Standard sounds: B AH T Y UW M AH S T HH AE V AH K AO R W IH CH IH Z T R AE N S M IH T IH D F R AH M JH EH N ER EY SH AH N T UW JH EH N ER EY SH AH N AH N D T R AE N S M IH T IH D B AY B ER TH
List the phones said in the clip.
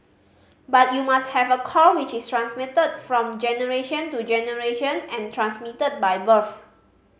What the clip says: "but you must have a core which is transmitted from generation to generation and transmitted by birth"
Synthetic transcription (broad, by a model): B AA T Y UW M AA S T HH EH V AH K AO L W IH CH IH S T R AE N S M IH T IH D F R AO M JH EH N ER EY SH AH N T UW JH EH N ER EY SH AH N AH N T R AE N S M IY T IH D B AY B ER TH